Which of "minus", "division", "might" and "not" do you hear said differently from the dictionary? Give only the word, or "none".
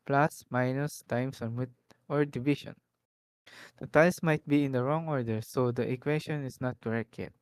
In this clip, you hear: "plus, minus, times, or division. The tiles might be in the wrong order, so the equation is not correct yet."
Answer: division